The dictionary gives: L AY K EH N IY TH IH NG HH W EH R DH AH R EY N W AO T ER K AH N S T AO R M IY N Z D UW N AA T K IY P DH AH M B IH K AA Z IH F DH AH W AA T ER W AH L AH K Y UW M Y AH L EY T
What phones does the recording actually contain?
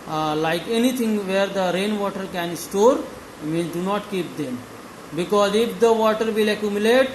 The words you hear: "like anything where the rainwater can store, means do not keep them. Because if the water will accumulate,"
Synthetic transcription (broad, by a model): L AY K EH N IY T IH NG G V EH R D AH R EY N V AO T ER K AH N S T AO R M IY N D UW N AA T K IY P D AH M B IH K AA Z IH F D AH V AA T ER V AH L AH K Y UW M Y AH L EY T